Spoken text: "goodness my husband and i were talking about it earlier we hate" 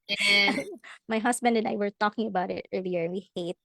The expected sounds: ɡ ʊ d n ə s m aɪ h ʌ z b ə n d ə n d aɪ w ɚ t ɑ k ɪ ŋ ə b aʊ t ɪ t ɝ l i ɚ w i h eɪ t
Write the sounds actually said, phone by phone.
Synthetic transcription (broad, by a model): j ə m aɪ h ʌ s b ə n d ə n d aɪ w ɚ t ɑ k ɪ ŋ ə b aʊ t ɪ t ɝ l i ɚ w i h eɪ t